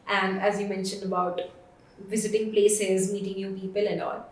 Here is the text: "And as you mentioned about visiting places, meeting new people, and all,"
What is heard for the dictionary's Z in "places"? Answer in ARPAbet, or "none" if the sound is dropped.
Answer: Z